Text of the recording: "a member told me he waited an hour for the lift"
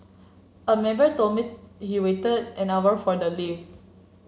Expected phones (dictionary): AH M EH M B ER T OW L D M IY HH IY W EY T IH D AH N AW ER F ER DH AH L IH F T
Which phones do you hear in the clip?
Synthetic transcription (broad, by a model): AH M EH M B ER T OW M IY HH IY W EY T IH D AH N AW ER F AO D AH L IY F